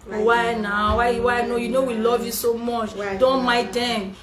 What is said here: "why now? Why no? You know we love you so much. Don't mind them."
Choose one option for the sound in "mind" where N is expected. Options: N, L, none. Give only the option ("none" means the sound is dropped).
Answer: none